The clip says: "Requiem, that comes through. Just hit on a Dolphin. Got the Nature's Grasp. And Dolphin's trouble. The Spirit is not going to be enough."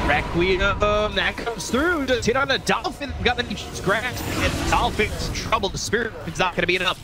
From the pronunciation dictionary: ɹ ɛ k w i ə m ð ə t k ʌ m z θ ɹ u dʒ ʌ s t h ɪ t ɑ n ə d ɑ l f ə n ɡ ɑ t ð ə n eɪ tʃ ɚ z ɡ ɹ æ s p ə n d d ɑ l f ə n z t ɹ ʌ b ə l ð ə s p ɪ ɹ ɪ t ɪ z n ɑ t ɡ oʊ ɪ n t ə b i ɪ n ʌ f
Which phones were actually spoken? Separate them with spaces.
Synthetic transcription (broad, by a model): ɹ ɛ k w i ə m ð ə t k ʌ m z θ ɹ u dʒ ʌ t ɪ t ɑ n ə d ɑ l f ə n ɡ ɑ t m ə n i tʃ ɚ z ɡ ɹ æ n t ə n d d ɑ l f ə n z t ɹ ʌ b l ð ə s p ɪ ɹ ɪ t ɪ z n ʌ t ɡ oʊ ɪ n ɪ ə b i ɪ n ʌ f